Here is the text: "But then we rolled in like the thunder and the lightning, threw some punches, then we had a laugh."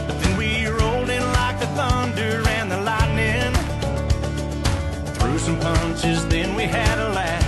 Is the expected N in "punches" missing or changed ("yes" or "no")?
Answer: no